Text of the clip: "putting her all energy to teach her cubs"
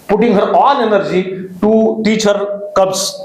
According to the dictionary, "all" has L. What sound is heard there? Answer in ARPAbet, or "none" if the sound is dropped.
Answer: N